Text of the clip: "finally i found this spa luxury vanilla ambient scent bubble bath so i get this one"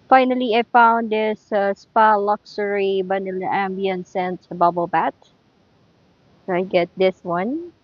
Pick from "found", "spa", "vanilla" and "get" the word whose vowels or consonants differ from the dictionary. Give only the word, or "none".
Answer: vanilla